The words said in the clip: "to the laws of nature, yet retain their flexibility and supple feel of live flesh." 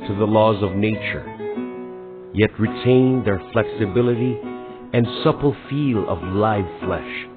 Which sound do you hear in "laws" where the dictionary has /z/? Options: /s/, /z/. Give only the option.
/z/